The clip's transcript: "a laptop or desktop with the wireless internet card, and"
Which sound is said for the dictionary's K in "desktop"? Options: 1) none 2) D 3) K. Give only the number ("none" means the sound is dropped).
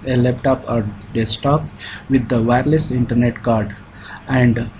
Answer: 1